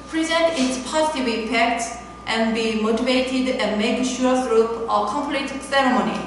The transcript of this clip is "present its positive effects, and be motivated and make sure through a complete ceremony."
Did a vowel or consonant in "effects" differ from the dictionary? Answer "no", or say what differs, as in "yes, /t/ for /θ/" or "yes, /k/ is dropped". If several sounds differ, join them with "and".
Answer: yes, /p/ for /f/